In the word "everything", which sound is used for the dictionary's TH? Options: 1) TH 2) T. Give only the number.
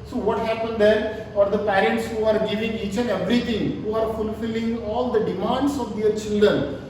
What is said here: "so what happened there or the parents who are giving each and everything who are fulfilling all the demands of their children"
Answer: 2